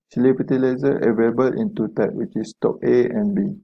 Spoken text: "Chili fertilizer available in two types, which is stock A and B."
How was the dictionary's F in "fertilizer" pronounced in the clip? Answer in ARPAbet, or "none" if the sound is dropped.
P